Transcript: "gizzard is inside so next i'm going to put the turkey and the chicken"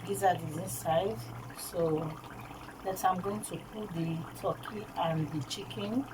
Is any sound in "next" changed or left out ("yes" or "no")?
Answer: yes